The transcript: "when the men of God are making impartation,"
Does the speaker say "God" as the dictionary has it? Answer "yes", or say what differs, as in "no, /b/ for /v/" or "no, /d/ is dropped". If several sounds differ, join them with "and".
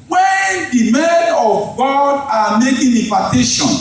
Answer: yes